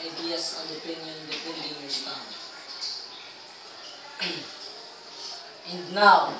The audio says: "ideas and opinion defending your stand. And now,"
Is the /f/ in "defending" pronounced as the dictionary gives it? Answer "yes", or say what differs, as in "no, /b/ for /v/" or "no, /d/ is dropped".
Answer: no, /p/ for /f/